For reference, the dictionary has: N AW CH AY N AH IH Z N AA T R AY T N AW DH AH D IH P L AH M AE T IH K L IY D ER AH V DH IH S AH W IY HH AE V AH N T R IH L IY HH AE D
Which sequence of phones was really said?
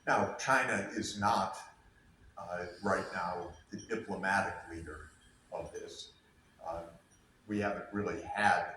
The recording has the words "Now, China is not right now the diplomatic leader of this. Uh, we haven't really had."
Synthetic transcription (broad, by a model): N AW CH AY N AH IH Z N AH T R AY T N AW DH AH D IH P L AH M AE T IH K L IY D ER AH V DH IH S W IY HH AE V AH N T R IH L IY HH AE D